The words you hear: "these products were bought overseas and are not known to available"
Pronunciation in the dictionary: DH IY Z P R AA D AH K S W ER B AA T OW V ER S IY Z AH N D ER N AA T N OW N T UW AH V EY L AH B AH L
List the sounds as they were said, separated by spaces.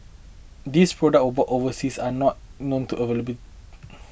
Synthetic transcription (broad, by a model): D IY S P R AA D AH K W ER B AA T OW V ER S IY S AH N N AA T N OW N T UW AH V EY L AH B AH